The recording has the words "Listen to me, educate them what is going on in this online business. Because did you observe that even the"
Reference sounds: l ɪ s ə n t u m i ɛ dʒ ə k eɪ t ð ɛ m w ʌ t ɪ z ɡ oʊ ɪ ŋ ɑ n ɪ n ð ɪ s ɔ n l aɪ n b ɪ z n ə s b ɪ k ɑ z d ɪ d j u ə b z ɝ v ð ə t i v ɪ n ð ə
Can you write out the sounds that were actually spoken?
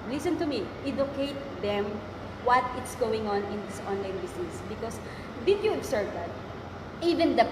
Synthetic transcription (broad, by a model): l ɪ s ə n t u m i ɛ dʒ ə k eɪ t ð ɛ m w ʌ t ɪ s ɡ oʊ ɪ ŋ ɑ n ɪ n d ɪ s ɔ n l aɪ n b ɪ s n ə s b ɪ k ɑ s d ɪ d j u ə b s ɝ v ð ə t i v ɪ n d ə